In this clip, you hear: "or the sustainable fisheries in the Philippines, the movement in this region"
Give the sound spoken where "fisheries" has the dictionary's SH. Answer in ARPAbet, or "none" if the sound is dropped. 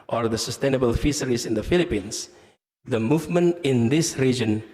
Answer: S